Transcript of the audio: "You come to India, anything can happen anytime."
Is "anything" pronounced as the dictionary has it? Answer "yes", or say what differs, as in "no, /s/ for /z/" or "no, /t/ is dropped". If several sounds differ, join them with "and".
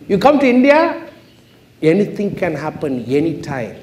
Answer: no, /t/ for /θ/